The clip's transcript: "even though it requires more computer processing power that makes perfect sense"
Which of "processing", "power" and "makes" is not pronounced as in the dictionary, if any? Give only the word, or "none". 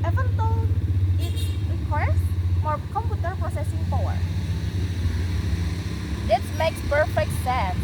power